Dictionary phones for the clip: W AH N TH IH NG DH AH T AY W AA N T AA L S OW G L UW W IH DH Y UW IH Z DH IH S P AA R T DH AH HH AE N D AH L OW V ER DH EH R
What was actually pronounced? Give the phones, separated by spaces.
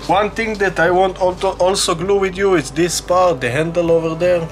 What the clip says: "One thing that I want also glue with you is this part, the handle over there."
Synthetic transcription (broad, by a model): W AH N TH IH NG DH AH T AY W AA N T AA L S OW G L UW W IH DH Y UW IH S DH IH S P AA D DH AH HH AE N D AH L OW V ER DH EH R